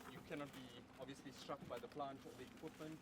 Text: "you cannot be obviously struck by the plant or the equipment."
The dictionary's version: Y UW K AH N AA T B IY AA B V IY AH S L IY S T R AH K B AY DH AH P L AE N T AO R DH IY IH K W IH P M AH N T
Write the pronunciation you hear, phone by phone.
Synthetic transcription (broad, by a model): Y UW K AH N AA T B IY AA B V IY AH S L IY S T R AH K B AY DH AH P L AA N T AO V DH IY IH K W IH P M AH N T